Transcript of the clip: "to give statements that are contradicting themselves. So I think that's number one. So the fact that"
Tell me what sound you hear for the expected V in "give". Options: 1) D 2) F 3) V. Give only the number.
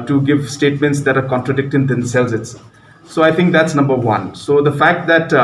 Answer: 3